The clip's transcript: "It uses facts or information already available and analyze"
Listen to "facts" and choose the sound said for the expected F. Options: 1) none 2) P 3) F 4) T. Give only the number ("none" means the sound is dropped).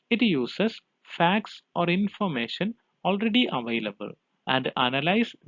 3